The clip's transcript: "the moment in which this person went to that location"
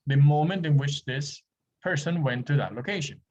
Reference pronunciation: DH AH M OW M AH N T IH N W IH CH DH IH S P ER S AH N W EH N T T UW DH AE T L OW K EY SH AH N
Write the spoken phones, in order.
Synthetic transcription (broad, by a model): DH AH M OW M AH N T IH N W IH CH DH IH S P ER S AH N W EH N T T UW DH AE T L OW K EY SH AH N